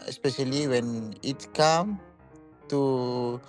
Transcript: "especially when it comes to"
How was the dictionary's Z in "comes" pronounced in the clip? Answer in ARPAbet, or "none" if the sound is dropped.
none